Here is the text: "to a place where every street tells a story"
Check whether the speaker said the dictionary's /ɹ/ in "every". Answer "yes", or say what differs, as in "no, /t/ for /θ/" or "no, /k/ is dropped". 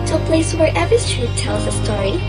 no, /ɹ/ is dropped